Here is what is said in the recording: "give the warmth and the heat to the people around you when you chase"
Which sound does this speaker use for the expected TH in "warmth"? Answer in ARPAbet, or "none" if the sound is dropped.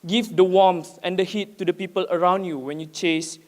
S